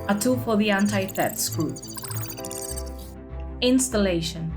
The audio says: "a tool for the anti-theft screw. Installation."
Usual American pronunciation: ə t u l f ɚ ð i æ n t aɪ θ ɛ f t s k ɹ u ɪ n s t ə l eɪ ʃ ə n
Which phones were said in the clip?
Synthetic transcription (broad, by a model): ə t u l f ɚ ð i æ n t aɪ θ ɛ t s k u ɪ n s t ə l eɪ ʃ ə n